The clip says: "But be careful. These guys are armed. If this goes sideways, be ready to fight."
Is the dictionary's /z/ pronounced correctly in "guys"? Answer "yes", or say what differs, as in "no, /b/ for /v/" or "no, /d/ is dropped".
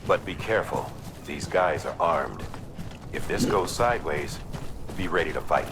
yes